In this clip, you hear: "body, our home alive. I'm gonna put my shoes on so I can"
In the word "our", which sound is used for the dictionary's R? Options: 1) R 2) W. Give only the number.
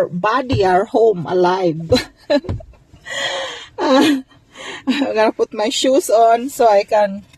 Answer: 1